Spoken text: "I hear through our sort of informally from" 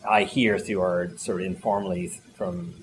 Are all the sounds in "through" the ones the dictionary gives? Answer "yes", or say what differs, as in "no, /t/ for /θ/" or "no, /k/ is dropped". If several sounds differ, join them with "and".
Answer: no, /ɹ/ is dropped